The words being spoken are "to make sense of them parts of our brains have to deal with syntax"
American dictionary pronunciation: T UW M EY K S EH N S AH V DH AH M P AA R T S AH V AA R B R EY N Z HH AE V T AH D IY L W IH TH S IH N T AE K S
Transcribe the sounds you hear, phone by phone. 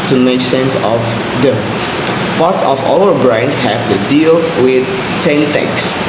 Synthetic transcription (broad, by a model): T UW M EY K S EH N S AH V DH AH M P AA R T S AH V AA L B R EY N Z HH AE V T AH D IY L W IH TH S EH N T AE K S